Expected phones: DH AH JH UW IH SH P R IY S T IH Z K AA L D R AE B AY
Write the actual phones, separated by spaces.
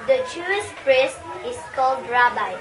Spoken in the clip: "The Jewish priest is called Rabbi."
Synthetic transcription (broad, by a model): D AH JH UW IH S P R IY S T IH S K AA L D R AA B AY